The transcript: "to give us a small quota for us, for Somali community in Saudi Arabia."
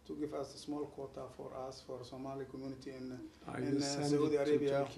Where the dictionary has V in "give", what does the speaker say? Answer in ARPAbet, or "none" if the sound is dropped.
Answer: F